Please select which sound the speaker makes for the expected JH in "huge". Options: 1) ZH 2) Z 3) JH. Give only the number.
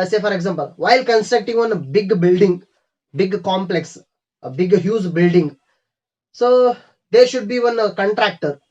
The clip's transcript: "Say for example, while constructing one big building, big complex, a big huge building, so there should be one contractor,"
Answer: 2